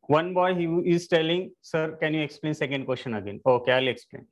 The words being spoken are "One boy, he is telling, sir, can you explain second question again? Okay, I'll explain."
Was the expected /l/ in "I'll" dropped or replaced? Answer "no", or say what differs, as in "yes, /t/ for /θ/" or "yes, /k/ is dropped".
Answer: no